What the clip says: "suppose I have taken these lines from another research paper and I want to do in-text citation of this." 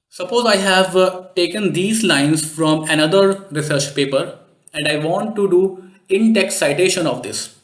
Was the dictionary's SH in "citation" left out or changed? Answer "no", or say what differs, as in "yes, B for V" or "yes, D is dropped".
no